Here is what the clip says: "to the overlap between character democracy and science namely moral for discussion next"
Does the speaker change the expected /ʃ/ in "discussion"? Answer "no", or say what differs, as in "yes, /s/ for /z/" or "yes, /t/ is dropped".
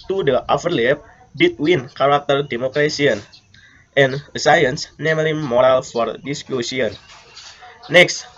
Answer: yes, /s/ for /ʃ/